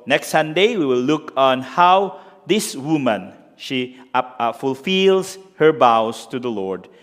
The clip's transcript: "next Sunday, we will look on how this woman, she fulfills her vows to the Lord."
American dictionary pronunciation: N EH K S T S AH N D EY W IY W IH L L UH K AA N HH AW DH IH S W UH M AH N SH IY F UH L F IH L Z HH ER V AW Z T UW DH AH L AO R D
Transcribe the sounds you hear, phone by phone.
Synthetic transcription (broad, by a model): N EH K S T S AH N D EY W IY W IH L L UH K AA N HH AW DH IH S W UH M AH N SH IY F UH L F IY L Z HH ER B AW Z T UW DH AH L AO R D